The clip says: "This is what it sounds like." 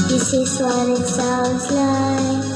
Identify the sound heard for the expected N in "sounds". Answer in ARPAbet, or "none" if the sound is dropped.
none